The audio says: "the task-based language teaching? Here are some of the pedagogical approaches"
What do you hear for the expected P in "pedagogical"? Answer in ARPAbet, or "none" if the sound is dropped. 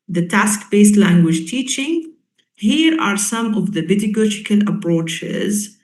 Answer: B